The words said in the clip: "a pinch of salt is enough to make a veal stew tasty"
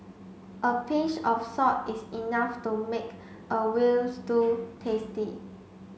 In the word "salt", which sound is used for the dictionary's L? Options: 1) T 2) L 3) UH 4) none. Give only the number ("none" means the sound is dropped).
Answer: 4